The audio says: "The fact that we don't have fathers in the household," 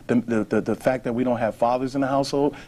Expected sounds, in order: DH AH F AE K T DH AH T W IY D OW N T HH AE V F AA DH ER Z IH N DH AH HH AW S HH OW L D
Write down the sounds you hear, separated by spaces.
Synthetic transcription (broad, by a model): DH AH F AE K DH AH T W IY D OW N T HH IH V F AA DH ER Z IH N DH AH HH AW S HH OW L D